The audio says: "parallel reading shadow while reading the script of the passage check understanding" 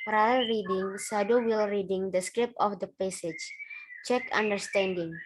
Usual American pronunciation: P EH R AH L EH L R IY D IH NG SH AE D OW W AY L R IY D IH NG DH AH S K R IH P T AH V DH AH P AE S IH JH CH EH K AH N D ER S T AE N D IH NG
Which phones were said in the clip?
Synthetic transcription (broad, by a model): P R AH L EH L R IY D IH NG S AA D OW W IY L R IY D IH NG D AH S K R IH P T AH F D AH P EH S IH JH CH EH K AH N D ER S T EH N D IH NG